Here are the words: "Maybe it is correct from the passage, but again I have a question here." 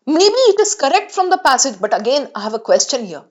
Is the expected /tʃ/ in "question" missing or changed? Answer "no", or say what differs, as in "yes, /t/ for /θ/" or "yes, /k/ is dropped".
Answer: no